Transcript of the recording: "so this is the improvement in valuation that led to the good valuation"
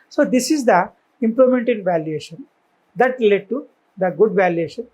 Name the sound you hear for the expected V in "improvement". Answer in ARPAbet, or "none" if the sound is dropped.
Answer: none